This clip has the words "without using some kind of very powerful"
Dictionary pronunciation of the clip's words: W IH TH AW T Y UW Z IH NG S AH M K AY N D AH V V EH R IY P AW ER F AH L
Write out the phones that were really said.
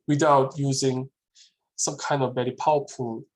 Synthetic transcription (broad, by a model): W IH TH AW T Y UW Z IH NG S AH M K AY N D AH V B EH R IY P AW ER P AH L